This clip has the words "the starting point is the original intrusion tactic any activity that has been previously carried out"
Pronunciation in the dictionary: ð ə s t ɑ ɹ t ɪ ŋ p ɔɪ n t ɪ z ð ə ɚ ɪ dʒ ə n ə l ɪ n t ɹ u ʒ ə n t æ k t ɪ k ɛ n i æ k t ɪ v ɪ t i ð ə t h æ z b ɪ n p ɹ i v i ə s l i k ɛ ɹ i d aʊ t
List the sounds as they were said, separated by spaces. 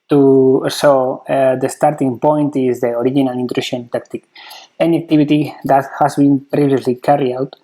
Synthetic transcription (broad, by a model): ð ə s t ɑ ɹ t ɪ ŋ p ɔɪ n t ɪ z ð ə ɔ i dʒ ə n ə l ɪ n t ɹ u ʃ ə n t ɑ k t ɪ k ɛ n i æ k t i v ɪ t i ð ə t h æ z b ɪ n p ɹ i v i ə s l i k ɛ ɹ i aʊ t